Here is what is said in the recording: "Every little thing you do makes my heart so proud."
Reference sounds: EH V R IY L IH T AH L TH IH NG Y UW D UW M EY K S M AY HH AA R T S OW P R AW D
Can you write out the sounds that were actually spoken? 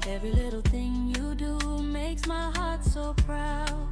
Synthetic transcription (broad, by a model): EH V R IY L IH T L TH IH NG Y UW D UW M EY K S M AY HH AA R T S OW P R AW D